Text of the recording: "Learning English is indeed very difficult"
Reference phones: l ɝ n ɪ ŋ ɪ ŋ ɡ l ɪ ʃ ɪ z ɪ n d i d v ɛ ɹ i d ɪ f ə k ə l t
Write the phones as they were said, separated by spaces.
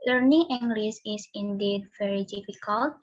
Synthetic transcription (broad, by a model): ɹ n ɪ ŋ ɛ ŋ ɡ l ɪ s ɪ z ɪ n d i d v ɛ ɹ i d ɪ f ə k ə l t